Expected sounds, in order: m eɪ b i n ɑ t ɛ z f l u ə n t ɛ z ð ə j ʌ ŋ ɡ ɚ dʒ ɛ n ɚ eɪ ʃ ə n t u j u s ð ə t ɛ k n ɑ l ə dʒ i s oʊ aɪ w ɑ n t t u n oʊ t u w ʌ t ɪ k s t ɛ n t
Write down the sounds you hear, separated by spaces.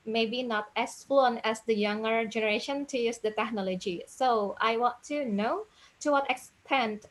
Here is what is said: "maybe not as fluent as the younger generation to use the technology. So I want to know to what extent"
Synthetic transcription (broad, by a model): m eɪ b i n ɑ t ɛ s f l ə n ɛ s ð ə j ʌ ŋ ɡ ɚ dʒ ɛ n ɚ eɪ ʃ ə n t u j u s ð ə t ɛ k n ɑ l ə dʒ i s oʊ aɪ w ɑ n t t u n oʊ t u w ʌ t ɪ k s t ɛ n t